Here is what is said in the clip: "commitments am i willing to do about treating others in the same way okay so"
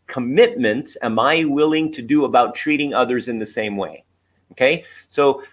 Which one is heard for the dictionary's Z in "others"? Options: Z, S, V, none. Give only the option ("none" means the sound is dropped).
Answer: Z